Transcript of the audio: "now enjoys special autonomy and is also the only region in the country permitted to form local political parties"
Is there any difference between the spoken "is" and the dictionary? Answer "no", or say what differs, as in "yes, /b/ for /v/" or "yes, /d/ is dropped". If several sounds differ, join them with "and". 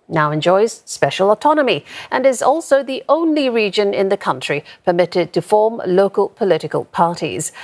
no